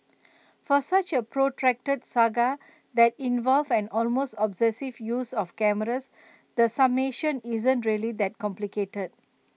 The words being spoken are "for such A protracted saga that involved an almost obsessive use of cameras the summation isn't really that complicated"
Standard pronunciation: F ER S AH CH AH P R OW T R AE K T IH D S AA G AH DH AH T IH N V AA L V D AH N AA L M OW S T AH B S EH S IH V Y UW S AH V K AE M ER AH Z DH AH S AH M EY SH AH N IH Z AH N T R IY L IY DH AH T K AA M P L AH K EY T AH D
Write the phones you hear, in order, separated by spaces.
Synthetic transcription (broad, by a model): F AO S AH CH AH P R OW T R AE K T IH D S AA G AH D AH T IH N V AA L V AH N AA L M OW S T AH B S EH S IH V Y UW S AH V K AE M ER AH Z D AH S AH M EY SH AH N IH Z AH N T R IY L IY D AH T K AA M P L AH K EY T AH D